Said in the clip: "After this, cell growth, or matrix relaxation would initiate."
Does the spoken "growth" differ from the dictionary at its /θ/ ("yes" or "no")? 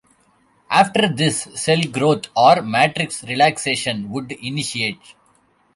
yes